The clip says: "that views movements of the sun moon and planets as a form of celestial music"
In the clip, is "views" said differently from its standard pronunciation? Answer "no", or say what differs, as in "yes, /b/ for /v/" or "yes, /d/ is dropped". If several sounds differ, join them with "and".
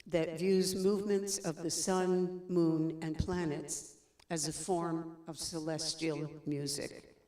no